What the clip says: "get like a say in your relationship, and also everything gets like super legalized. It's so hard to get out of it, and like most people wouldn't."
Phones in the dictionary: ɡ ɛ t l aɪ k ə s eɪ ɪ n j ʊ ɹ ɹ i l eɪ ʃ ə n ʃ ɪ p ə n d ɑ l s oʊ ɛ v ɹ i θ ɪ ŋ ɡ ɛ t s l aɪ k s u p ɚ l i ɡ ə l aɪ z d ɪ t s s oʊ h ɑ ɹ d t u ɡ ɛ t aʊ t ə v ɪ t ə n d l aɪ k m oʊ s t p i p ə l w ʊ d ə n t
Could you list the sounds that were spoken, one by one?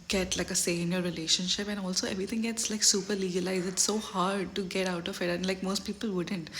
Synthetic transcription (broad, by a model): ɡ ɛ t l aɪ k ə s eɪ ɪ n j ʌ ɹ ɹ i l eɪ ʃ ə n ʃ ɪ p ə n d ɑ l s oʊ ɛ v ɹ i t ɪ ŋ ɡ ɛ t s l aɪ k s u p ɚ l i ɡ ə l aɪ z ɪ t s s oʊ h ɑ ɹ d t u ɡ ɛ t aʊ t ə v ɪ t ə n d l aɪ k m oʊ s t p i p ə l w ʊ d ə n t